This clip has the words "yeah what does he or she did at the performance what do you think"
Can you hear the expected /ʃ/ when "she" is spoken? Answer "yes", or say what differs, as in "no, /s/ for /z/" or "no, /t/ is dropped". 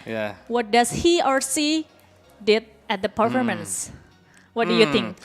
no, /s/ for /ʃ/